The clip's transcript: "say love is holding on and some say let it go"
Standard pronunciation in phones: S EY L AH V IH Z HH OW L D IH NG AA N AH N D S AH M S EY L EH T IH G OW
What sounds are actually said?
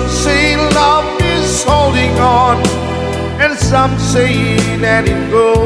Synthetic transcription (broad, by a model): S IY L AH V IH Z HH OW L D IH NG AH N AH N S AH M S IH N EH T IH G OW